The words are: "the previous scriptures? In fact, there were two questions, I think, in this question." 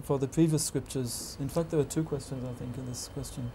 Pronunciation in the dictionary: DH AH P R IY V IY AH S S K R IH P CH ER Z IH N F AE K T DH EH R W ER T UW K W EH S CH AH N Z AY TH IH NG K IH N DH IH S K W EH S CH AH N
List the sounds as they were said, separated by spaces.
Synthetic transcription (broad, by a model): DH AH P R IY V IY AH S S K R IH P CH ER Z IH N F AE K T DH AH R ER T UW K W EH S CH AH N Z AY TH IH NG K IH N DH IH S K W EH S CH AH N